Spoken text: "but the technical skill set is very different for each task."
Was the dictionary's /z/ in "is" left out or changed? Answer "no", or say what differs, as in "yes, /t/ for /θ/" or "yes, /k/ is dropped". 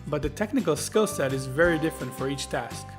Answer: no